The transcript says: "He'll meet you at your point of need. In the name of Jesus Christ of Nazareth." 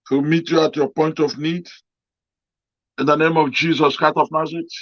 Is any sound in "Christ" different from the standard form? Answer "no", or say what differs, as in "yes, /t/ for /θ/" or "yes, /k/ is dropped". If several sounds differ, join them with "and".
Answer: yes, /s/ is dropped